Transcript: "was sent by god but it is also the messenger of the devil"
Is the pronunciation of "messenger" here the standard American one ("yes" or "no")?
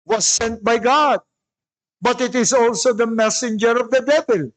yes